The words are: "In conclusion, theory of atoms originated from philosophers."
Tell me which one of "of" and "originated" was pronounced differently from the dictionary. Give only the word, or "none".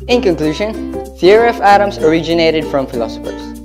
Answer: of